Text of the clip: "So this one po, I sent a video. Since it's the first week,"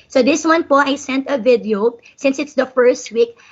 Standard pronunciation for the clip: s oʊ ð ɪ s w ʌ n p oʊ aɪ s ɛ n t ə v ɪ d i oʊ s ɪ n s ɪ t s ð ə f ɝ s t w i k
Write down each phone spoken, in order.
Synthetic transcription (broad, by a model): s oʊ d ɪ s w ʌ n p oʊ aɪ s ɛ n t ə v ɪ d i oʊ s ɪ n s ɪ t s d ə f ɝ s t w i k